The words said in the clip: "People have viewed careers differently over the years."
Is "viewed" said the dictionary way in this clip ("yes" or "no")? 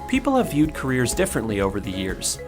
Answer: yes